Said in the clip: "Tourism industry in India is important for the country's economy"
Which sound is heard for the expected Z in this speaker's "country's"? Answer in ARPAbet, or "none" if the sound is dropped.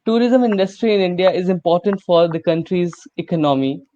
Z